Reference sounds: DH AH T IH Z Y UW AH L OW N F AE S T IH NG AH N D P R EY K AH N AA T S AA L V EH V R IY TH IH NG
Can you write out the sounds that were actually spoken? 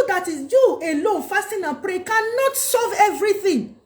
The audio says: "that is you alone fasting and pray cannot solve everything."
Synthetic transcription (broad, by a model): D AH T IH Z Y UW AH L OW N F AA S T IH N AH P R EY K AH N AA T S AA V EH V R IY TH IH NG